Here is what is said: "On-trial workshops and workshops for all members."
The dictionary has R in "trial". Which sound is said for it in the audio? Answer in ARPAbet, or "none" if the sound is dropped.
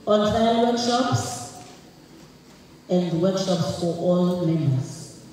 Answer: none